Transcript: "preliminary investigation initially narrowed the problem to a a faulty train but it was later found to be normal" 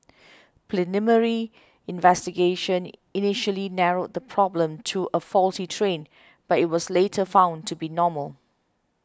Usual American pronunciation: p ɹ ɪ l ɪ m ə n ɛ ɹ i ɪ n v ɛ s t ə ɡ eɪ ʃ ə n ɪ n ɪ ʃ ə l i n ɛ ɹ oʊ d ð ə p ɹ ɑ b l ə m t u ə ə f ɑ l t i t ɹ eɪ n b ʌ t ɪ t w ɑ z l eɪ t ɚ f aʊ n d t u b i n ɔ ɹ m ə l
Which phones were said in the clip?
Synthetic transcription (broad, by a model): p l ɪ n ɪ m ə ɹ i ɪ n v ɛ s t ə ɡ eɪ ʃ ə n ɪ n ɪ ʃ ə l i n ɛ ɹ oʊ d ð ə p ɹ ɑ b l ə m t u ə ə f ɑ l t i t ɹ eɪ n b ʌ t ɪ t w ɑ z l eɪ t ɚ f aʊ n t u b i n ɔ m ə l